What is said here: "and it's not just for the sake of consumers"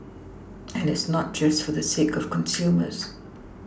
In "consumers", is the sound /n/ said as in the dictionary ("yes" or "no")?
yes